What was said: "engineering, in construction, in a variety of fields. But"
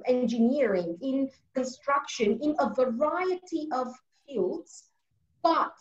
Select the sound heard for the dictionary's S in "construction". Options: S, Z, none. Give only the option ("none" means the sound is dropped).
S